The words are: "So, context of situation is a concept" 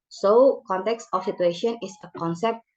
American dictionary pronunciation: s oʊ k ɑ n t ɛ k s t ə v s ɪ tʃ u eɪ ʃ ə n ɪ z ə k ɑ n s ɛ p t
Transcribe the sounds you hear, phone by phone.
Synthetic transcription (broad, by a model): s oʊ k ɑ n t ɛ k s t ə f s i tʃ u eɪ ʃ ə n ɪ s ə k ɑ n s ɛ p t